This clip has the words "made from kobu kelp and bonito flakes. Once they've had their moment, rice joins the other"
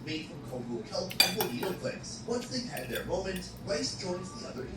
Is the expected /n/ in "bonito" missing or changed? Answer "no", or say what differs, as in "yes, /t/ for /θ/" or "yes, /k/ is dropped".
yes, /n/ is dropped